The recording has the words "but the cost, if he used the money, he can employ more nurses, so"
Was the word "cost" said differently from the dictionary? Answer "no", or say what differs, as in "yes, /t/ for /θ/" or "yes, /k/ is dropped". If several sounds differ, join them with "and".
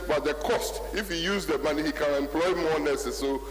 no